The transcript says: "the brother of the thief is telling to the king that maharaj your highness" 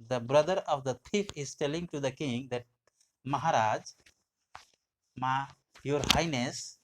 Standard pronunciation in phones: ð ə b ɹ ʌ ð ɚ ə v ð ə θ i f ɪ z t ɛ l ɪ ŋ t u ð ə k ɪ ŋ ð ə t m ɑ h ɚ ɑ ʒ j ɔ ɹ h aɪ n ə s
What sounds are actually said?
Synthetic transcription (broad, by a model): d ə b ɹ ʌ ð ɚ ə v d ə t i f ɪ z t ɛ l ɪ ŋ t u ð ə k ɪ ŋ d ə t m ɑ h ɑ ɑ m j ɔ ɹ h aɪ n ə s